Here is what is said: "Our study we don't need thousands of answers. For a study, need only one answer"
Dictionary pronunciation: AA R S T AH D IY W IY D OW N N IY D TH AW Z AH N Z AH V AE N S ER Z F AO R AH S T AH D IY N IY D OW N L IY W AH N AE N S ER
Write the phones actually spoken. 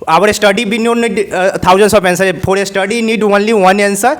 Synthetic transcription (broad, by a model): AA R S T AH D IY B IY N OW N N IY D T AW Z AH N S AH P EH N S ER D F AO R AH S T AH D IY N IY D OW N L IY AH N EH N S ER